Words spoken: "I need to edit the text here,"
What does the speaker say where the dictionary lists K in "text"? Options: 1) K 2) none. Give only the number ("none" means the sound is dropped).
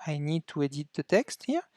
1